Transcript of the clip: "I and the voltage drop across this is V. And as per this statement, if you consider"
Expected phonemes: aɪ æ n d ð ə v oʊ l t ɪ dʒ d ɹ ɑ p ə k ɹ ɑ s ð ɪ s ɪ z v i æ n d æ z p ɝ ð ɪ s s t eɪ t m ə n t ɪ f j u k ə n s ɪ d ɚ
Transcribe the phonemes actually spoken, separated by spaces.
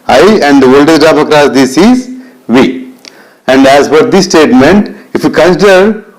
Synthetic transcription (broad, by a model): aɪ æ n d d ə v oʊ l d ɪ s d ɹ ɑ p ə k ɹ ɑ s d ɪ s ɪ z v i æ n d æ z f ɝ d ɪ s s t eɪ t m ə n t ɪ f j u k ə n s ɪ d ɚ